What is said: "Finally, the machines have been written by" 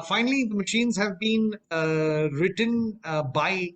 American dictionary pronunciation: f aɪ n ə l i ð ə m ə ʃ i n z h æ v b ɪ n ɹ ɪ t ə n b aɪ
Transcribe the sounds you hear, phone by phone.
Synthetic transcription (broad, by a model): f aɪ n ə l i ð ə m ə ʃ i n z h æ v b ɪ n ɹ ɪ t ə n b aɪ